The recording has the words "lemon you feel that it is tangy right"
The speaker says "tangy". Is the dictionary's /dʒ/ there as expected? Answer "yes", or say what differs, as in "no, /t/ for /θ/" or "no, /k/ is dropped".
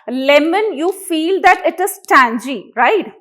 yes